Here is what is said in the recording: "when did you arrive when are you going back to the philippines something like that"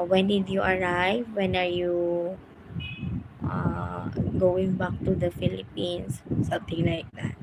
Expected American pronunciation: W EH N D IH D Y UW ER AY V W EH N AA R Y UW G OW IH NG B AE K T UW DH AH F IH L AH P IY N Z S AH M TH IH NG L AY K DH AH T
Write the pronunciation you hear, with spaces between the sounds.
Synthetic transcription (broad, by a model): W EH N D IH D Y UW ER AY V W EH N AA R Y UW G OW IH NG B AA K T UW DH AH F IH L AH P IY N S S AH M T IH NG L AY K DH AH T